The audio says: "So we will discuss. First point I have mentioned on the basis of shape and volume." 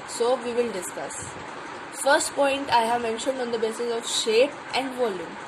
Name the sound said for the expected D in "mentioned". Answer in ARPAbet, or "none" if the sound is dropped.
D